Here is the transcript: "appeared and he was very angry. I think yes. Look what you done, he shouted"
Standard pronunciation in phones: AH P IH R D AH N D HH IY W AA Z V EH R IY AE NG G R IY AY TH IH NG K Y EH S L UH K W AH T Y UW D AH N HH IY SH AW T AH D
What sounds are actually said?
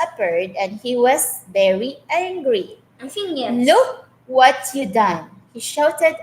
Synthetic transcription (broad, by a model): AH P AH R D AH N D HH IY W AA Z V EH R IY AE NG G R IY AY F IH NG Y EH L UH K W AH T Y UW D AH N HH IY SH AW T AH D